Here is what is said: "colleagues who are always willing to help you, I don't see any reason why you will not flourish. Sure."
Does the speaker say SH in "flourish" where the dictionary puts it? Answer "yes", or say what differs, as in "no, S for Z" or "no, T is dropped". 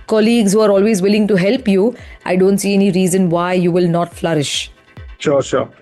yes